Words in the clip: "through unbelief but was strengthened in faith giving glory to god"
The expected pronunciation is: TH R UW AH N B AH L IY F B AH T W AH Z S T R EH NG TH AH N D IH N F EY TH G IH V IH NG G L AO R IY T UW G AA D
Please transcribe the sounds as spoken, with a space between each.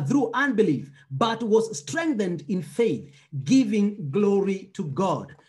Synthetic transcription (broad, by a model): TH R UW AH N B AH L IY F B AH T W AH Z S T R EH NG TH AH N D IH N F EY TH G IH V IH NG G L AO R IY T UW G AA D